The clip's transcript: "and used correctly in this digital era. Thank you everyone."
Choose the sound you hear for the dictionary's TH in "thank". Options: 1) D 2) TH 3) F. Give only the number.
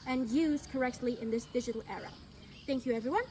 2